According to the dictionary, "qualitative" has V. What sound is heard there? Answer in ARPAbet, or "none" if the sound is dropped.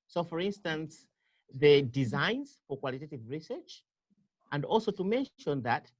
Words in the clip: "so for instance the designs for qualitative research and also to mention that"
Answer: V